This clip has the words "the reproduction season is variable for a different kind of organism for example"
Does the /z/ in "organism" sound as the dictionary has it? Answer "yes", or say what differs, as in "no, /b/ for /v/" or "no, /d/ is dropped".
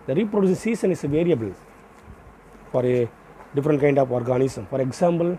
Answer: no, /s/ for /z/